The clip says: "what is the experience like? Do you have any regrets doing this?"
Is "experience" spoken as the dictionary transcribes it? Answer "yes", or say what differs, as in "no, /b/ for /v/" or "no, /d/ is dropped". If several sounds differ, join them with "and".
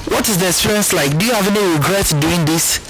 no, /k/ is dropped